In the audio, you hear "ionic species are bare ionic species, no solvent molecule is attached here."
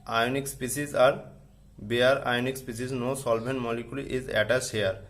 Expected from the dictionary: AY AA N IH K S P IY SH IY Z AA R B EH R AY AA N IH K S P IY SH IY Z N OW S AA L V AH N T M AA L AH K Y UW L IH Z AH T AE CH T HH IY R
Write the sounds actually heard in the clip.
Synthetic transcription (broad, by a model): AY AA N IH K S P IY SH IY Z AA R B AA R AY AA N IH K S P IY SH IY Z N OW S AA L B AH N M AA L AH K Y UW L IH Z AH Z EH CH T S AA R